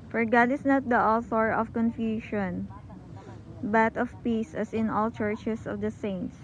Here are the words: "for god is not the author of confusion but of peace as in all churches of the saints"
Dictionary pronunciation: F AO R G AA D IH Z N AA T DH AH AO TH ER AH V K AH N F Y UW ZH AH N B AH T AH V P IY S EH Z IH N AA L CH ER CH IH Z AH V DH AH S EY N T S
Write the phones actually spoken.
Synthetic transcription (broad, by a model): F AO R G AA D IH S N AA T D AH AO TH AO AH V K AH N F Y UW SH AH N B AH T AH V P IY S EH S IH N AA L CH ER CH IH S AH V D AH S EY N T S